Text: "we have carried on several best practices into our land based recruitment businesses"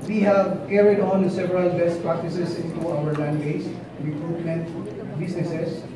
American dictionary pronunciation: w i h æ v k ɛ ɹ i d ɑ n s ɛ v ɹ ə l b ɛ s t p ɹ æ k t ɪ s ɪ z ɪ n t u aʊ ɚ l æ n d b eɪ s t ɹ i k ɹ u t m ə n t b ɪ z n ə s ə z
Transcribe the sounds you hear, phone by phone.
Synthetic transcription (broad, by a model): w i h æ v k ɛ ɹ i d ɑ n s ɛ v ɹ ə l b ɛ s t p ɹ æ k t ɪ s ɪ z ɪ n t u aʊ ɚ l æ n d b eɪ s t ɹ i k ɹ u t m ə n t b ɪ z n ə s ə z